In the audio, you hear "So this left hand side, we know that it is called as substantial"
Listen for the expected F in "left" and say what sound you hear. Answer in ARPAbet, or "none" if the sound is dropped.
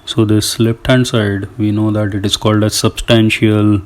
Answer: P